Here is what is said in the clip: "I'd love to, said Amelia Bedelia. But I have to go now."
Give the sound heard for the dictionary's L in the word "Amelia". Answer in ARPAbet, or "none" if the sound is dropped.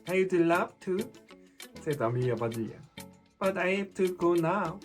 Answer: none